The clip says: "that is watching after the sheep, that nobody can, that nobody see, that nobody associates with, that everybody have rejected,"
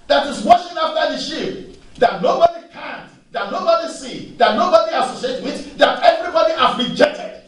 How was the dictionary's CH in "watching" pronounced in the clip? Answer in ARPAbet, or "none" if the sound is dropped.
SH